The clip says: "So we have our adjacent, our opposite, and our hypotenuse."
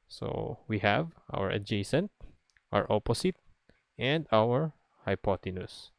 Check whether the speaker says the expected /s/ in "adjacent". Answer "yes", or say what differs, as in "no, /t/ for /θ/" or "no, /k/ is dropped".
yes